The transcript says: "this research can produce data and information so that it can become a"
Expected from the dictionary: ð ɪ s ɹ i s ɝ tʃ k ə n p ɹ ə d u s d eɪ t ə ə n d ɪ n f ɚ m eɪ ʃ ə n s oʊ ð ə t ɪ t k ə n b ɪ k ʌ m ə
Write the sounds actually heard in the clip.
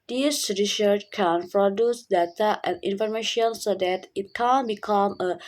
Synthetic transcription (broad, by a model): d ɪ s ɹ i s ɝ tʃ k ə n p ɹ ə d u s d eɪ t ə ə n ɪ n f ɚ m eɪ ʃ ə n s oʊ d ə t ɪ t k ə n b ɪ k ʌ m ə